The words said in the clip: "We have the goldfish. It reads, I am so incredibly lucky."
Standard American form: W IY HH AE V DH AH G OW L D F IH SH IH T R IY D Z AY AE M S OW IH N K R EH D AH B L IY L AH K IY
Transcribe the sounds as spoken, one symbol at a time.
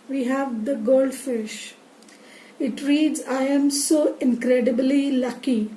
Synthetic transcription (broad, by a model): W IY HH AE V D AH G OW L D F IH SH IH T R IY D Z AY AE M S OW IH N K R EH D AH B L IY L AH K IY